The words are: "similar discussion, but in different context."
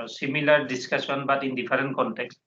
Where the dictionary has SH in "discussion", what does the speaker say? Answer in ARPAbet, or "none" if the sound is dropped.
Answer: S